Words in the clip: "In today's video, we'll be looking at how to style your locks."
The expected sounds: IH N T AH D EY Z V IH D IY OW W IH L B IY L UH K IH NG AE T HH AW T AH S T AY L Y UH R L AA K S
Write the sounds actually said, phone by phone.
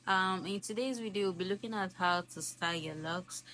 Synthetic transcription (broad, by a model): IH N T AH D EY Z W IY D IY W IH L B IY L UH K IH NG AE T HH AW T AH S T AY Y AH R L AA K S